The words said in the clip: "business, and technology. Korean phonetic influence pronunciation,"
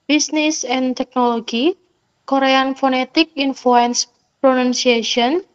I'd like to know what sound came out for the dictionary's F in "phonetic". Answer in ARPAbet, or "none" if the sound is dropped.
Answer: F